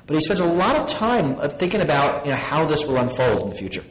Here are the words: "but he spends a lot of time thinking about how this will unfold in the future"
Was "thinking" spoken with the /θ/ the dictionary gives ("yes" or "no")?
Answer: yes